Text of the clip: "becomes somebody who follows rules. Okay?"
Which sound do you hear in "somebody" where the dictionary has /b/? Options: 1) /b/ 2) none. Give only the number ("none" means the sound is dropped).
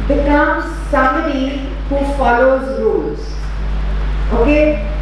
2